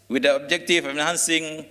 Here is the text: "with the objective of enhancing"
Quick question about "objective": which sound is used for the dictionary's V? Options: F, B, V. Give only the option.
F